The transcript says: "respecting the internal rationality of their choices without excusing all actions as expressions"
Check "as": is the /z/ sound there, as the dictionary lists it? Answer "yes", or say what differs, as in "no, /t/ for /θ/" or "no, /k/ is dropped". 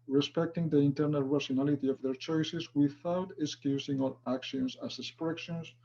no, /s/ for /z/